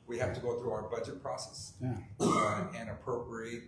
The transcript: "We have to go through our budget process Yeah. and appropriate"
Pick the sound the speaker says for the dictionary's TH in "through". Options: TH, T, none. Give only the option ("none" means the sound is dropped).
TH